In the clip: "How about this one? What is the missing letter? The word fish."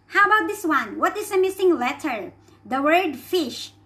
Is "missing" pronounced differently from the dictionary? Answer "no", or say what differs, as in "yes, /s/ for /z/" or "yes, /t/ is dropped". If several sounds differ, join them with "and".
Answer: no